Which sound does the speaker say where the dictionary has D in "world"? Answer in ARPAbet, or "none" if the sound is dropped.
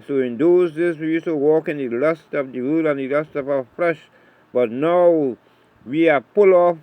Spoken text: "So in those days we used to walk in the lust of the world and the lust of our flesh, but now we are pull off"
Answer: none